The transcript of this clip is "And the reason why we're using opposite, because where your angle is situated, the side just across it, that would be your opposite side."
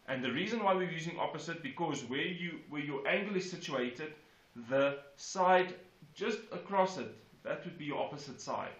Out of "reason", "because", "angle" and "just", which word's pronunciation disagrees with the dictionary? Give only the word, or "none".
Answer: none